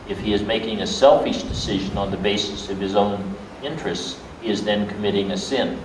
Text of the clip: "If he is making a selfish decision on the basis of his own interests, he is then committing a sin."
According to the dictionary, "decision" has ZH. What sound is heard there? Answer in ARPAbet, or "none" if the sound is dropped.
ZH